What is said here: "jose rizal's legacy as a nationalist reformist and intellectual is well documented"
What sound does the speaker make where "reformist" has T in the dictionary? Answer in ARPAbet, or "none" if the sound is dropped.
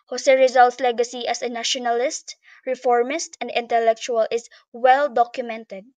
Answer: T